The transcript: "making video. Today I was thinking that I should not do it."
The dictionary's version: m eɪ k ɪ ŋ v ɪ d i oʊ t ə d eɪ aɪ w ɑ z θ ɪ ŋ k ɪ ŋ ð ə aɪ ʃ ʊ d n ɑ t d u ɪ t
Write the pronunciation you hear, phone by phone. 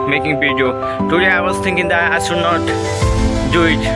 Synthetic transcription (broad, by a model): m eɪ k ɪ ŋ p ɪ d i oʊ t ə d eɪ aɪ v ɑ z t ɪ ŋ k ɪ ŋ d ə aɪ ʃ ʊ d n ɑ t d u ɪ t